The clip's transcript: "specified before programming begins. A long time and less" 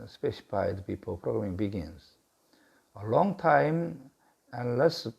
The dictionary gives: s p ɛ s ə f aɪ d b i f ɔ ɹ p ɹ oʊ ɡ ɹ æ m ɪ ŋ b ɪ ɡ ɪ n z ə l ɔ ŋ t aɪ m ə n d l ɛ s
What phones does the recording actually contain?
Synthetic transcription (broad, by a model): s p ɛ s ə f aɪ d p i p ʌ l p ɹ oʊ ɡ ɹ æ m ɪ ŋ b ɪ ɡ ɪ n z ə l ɔ ŋ t aɪ m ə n l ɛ s